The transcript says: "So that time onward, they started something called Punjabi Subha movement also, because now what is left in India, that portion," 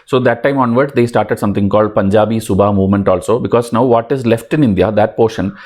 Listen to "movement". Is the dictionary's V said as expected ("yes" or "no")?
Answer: yes